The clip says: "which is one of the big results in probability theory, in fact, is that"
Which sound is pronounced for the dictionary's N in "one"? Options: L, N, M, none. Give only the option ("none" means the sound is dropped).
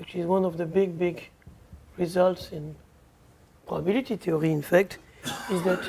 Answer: N